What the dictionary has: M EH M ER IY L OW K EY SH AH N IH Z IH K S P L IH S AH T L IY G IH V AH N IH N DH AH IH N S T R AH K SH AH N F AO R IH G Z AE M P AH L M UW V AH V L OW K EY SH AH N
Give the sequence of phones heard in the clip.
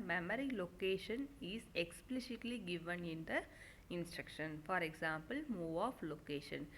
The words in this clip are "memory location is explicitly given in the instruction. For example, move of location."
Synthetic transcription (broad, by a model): M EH M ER IY L OW K EY SH AH N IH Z IH K S P L IH S AH T L IY G IH V AH N IH N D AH IH N S T R AH K SH AH N F AO R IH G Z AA M P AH L M UW V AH F L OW K EY SH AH N